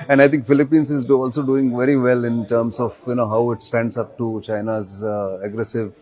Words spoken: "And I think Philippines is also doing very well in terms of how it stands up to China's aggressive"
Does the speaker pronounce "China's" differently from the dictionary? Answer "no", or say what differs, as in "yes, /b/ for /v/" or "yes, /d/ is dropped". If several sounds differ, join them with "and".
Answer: no